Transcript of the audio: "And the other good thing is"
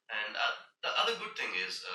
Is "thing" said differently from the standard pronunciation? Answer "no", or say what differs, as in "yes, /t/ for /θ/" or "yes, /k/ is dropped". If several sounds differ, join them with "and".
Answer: no